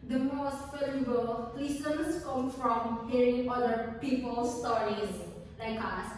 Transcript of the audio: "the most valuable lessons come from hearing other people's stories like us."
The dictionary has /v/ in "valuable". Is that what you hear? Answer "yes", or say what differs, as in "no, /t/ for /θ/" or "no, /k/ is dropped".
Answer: no, /f/ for /v/